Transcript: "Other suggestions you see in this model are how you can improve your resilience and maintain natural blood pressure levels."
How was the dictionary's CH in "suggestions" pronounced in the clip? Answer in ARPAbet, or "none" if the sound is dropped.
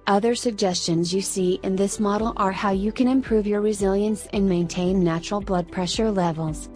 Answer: CH